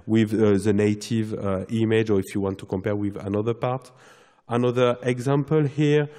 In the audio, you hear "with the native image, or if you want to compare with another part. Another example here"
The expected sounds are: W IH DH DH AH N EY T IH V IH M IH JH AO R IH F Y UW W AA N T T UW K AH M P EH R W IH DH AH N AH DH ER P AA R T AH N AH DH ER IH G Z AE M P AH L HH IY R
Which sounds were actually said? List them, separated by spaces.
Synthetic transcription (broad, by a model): W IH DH DH AH N EY T IH V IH M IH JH AO R IH F Y UW W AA N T T UW K AH M P EH R W IH DH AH N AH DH ER P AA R T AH N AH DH ER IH G Z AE M P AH L HH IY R